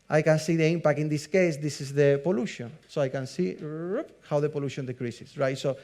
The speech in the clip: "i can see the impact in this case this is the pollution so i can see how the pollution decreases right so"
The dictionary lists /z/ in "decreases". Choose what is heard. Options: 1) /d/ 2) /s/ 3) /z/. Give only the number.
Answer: 2